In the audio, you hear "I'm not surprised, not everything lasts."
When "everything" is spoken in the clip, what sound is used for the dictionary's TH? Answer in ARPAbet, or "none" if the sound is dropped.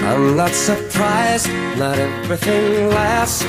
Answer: TH